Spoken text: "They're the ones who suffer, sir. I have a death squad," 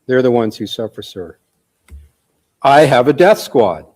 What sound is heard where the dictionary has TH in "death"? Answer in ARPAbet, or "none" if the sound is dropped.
TH